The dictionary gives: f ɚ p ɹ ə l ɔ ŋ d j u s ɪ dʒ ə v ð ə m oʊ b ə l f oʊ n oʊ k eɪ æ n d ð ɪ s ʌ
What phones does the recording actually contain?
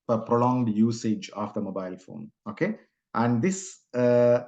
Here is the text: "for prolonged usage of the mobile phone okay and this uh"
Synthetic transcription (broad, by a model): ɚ p ɹ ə l ɔ ŋ d j u s ɪ dʒ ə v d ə m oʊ b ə l f oʊ n oʊ k eɪ æ n d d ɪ s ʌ